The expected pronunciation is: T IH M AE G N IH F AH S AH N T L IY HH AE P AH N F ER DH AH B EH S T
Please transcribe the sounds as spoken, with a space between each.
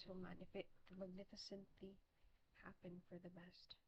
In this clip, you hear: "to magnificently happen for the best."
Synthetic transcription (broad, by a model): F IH M AE G N IH F AH S AH N T L IY HH AE P AH N F ER DH AH B EH S T